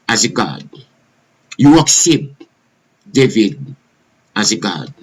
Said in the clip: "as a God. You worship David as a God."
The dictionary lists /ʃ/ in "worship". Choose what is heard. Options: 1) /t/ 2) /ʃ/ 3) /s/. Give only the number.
3